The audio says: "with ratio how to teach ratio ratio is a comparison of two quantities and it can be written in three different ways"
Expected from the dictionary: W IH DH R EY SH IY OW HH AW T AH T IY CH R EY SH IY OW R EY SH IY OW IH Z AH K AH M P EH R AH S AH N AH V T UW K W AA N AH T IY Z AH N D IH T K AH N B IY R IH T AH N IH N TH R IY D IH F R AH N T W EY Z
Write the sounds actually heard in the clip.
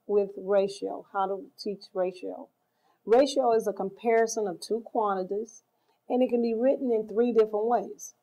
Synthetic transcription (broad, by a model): W IH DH R EY SH IY OW HH AW T AH T IY CH R EY SH IY OW R EY SH IY OW IH Z AH K AH M P EH R AH S AH N AH V T UW K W AA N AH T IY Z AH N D IH T K AH N B IY R IH T N IH N TH R IY D IH F R AH N T W EY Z